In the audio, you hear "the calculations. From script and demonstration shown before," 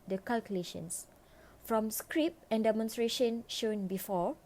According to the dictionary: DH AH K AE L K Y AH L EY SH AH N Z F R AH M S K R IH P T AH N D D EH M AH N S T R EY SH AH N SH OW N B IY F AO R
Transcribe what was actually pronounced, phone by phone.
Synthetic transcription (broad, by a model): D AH K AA L K Y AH L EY SH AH N S F R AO M S K R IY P AH N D D EH M AH N S T R EY SH AH N SH OW N B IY F AO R